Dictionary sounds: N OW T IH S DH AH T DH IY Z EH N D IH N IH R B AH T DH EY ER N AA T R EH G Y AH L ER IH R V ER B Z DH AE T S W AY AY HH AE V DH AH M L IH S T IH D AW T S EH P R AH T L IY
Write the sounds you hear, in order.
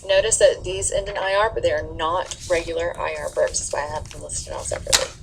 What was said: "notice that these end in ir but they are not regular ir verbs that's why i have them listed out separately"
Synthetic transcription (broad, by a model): N OW T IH S DH AH T DH IY Z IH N IH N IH R B AH T DH EY ER N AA T R EH G Y L ER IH R B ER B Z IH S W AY AY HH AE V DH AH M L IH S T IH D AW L S EH P R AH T L IY